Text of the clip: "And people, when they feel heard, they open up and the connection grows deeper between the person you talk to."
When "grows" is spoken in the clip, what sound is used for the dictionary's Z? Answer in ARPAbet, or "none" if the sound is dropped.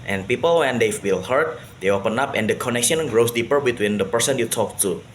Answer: S